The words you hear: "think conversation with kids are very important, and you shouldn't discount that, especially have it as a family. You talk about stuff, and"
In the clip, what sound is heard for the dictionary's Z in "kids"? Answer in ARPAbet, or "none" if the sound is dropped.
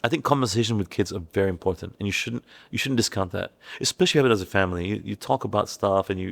Z